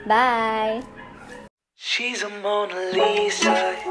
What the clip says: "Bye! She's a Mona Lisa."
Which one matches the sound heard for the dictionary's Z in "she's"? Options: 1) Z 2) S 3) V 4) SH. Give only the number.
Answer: 1